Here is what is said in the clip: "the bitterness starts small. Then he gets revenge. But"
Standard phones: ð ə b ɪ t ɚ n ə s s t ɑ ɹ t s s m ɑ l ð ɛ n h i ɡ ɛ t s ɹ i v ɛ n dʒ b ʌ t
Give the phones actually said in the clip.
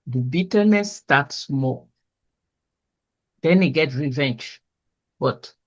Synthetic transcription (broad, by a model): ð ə b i t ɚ n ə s s t ɑ t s s m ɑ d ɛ n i ɡ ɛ t ɹ i v ɛ n dʒ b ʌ t